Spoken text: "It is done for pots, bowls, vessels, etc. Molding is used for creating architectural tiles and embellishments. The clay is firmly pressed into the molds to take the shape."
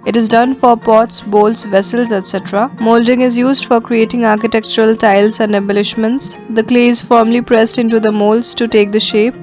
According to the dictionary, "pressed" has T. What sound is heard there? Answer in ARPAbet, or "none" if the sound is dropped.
T